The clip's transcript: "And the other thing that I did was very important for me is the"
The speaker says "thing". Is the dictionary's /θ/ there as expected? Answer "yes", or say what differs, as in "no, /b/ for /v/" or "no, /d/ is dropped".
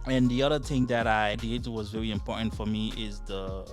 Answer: yes